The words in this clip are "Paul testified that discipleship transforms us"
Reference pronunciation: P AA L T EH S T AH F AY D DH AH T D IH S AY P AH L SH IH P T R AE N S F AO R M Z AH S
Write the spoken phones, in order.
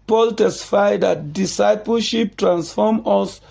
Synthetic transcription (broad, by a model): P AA L T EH S T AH F AY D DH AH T D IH S AY P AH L SH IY P T R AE N S F AO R M AH S